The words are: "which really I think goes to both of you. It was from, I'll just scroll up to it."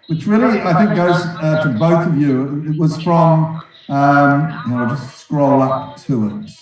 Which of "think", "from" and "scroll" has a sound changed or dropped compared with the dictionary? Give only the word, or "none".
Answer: none